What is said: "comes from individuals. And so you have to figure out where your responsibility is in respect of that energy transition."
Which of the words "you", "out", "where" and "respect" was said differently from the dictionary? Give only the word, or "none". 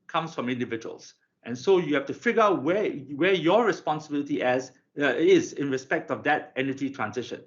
where